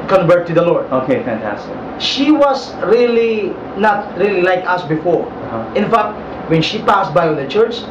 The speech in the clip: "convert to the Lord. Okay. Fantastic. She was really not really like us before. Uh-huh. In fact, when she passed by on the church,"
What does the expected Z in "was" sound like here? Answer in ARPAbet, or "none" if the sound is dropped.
S